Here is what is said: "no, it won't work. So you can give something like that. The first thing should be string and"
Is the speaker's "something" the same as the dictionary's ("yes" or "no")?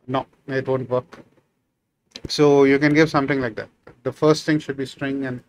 no